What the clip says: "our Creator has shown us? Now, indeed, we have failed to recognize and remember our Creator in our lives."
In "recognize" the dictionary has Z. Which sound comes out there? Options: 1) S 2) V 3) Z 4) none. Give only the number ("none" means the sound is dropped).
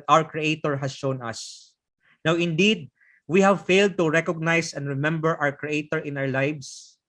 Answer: 1